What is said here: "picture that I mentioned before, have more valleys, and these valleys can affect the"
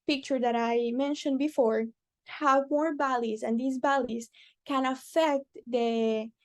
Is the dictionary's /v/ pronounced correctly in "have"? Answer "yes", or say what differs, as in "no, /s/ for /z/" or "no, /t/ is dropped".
no, /w/ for /v/